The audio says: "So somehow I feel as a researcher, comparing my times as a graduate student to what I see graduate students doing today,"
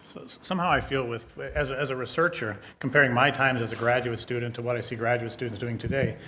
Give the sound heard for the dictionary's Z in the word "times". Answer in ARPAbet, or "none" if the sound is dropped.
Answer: Z